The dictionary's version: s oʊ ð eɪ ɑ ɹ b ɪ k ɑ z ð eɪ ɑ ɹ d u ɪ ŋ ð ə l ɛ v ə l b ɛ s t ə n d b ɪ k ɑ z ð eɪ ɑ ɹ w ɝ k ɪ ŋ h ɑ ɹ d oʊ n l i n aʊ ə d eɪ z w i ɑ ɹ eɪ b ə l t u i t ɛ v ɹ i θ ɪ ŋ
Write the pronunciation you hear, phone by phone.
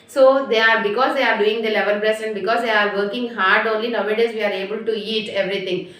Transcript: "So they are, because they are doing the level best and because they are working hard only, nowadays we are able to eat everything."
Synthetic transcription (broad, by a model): s oʊ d eɪ ɑ ɹ b ɪ k ɑ z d eɪ ɑ ɹ d u ɪ ŋ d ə l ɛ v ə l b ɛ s ə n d b ɪ k ɑ z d eɪ ɑ ɹ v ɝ k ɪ ŋ h ɑ ɹ d oʊ n l i n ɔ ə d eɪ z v i ɑ ɹ eɪ b ə l t u i t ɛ v ɹ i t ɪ ŋ